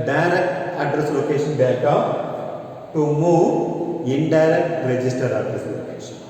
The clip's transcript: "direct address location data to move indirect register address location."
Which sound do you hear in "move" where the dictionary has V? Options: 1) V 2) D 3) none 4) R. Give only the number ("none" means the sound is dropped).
3